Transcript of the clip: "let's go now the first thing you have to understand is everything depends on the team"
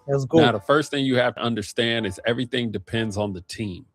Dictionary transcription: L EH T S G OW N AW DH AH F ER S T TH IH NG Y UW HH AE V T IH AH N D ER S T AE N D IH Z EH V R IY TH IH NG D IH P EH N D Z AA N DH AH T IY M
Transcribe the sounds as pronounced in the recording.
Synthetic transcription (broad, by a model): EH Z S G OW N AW DH AH F ER S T TH IH NG Y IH HH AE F T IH AH N D ER S T AE N D IH Z EH V R IY TH IH NG D IH P EH N D Z N DH AH T IY M